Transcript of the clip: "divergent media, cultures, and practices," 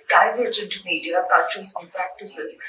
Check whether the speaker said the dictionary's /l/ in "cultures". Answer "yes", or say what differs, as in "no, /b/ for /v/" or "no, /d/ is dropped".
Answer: no, /l/ is dropped